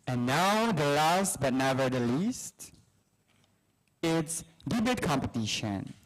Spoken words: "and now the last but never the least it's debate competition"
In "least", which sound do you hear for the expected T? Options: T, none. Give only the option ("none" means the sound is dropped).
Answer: T